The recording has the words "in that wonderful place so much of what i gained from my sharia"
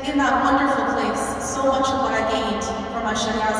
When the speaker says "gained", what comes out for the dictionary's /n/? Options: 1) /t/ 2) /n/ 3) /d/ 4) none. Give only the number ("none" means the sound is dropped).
4